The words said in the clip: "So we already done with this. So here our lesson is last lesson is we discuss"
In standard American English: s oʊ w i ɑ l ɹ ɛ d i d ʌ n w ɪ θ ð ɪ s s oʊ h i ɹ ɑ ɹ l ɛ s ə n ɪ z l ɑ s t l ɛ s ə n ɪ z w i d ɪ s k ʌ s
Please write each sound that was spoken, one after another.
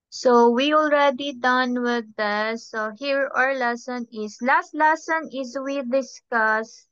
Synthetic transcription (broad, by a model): s oʊ w i ɑ l ɹ ɛ d i d ʌ n w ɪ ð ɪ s s oʊ h i ɹ ɑ ɹ l ɛ s ə n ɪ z l ɑ s t l ɛ s ə n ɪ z w i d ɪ s k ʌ s